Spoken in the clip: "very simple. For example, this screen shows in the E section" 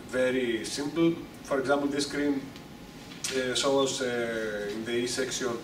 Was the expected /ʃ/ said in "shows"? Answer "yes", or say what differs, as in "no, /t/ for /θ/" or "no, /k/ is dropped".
no, /s/ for /ʃ/